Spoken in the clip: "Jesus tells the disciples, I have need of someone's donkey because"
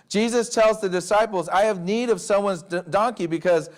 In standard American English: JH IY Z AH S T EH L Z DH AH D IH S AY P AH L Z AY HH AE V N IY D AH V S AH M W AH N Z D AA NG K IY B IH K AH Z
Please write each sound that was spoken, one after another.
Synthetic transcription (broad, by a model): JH IY Z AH S T EH L Z DH AH D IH S AY P L Z AY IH V N IY D AH V S AH M W AH N Z D AA NG K IY B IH K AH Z